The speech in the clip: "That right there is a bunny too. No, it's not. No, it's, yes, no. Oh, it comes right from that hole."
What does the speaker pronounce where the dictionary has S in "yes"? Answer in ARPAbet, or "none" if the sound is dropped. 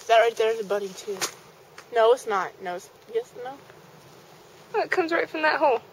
S